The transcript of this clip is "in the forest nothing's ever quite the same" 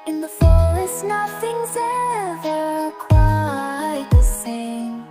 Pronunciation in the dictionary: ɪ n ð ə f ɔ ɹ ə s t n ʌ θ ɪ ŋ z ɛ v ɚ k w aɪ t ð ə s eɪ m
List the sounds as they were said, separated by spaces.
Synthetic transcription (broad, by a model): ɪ n ð ə f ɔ l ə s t n ʌ θ ɪ ŋ z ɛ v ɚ k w aɪ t ð ə s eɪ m